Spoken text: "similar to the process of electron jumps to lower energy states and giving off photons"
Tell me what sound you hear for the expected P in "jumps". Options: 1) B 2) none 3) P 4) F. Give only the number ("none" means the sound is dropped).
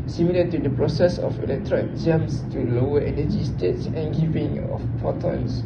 2